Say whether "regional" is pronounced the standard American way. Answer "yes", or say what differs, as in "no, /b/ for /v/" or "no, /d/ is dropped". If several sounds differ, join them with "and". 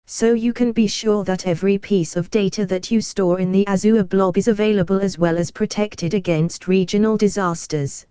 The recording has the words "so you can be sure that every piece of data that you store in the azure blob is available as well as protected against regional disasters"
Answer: yes